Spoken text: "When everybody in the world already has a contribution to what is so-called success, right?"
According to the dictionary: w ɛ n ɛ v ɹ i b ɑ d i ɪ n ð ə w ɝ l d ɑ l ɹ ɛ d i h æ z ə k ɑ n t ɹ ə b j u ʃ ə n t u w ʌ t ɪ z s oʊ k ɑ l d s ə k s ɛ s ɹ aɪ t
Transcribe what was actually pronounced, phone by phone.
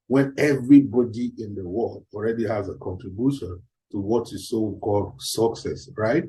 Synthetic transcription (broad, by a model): w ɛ n ɛ v ɹ i b ɑ d i ɪ n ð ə w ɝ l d ɑ l ɹ ɛ d i h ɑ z ə k ɑ n t ɹ ə b j u ʃ ə n t u w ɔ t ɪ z s oʊ k ɑ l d s ə k s ɛ s ɹ aɪ t